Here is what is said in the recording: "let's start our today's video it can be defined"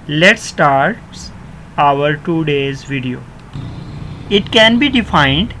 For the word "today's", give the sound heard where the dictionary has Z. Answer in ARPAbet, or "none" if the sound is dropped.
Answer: Z